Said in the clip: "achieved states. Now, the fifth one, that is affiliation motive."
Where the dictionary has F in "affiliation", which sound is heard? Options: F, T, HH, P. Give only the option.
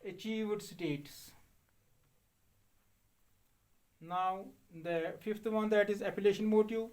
P